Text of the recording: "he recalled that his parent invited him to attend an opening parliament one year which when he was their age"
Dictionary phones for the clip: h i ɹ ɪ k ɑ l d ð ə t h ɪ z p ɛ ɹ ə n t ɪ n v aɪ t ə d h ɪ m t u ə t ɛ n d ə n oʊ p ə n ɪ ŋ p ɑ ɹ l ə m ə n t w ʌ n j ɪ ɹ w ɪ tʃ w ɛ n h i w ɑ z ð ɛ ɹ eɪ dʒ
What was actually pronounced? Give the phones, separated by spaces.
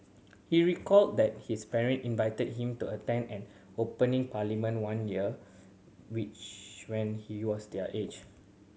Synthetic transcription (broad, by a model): h i ɹ ɪ k ɑ l d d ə t h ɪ s p ɛ ɹ ə n t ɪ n v aɪ t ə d h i m t u ə t ɛ n d ə n oʊ p ə n ɪ ŋ p ɑ l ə m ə n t w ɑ n j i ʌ w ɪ tʃ w ɛ n h i w ɑ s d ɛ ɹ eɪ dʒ